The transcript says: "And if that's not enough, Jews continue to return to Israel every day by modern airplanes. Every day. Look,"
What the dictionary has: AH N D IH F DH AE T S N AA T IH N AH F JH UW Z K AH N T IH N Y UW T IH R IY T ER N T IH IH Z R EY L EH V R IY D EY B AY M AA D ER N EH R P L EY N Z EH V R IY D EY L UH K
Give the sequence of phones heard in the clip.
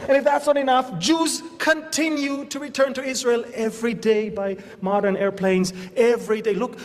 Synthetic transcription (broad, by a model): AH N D IH F DH AE T S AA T IH N AH F JH UW Z K AH N T IH N Y UW T IH R IY T ER N T IH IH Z R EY L EH V R IY D EY B AY M AA D ER N EH R P L EY N Z EH V R IY D EY L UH K